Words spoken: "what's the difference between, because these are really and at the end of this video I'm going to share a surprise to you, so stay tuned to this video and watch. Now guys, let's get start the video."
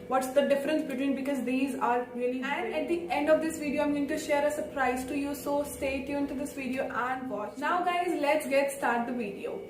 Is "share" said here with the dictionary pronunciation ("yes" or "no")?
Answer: yes